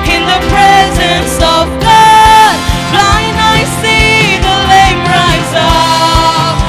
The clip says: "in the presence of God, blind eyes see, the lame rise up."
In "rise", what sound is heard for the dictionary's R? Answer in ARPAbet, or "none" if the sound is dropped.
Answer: R